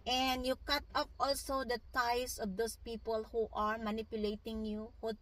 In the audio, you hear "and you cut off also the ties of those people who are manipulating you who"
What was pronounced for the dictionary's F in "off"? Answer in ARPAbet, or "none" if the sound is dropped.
P